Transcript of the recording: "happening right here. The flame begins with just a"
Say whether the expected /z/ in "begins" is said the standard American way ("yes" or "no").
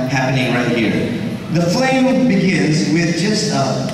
yes